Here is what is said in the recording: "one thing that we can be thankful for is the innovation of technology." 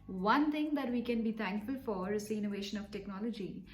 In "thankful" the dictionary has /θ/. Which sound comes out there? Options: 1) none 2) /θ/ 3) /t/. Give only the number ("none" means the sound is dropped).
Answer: 3